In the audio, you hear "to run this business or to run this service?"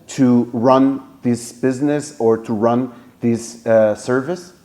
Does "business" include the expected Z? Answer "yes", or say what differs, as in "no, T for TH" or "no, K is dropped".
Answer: yes